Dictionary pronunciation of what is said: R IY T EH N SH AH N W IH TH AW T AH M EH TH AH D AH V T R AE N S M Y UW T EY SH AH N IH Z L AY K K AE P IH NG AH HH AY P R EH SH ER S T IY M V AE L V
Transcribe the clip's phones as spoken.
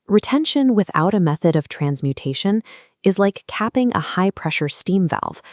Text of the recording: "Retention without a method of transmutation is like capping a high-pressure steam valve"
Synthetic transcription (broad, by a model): R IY T EH N SH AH N W IH TH AW T AH M EH TH AH D AH V T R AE N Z M Y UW T EY SH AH N IH Z L AY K K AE P IH NG AH HH AY P R EH SH ER S T IY M V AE L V